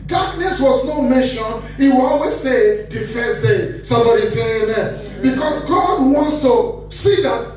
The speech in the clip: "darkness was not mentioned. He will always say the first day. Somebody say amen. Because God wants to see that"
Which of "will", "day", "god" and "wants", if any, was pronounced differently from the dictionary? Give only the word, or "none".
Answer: none